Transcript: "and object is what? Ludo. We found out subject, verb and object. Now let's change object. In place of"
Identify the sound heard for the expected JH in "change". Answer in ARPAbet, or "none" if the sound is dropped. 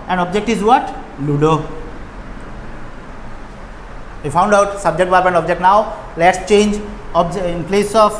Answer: JH